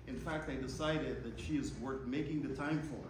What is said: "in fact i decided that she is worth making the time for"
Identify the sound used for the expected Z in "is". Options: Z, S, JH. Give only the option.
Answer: Z